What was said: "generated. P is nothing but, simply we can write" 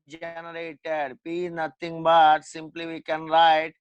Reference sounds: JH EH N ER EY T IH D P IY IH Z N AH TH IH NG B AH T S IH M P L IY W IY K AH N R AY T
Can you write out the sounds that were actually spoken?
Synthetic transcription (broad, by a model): JH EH N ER EY T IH D P IY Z N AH T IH NG B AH T S IH M P L IY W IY K AH N R AY T